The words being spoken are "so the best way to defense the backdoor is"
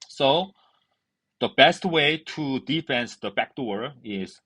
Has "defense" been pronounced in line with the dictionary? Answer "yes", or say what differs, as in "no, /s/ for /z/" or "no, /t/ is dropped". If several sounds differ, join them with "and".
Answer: yes